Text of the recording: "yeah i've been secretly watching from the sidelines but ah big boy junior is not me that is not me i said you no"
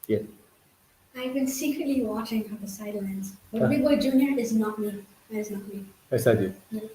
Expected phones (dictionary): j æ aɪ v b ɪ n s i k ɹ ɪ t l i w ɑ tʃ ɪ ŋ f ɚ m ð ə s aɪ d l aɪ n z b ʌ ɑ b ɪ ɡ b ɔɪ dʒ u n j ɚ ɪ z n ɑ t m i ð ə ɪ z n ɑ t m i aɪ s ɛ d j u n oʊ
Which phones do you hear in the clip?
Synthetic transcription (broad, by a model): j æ aɪ v b ɪ n s i k ɹ ɪ t l i w ɑ tʃ ɪ ŋ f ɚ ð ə s aɪ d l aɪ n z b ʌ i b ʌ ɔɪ dʒ u n j ɚ ɪ z n ɑ t m i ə ɪ z n ɑ t m i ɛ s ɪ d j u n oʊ